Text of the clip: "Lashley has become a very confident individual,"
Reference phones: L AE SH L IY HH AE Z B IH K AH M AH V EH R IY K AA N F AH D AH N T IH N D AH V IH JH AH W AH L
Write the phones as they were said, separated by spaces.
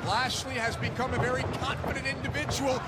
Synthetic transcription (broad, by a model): L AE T L IY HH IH Z B IH K AH M AH V EH R IY K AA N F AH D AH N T IH N D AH V IH JH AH W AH L